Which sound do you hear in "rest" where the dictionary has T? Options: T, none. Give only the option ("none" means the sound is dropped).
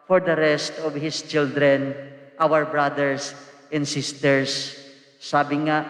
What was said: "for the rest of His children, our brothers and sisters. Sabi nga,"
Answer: T